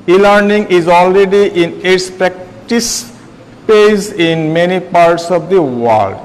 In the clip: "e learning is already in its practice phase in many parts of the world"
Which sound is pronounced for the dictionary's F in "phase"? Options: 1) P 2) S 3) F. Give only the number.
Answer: 1